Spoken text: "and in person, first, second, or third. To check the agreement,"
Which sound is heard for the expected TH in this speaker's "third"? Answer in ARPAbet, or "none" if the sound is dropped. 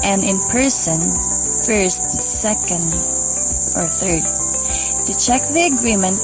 TH